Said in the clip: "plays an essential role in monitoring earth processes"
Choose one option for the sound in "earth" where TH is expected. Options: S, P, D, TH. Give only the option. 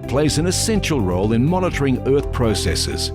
TH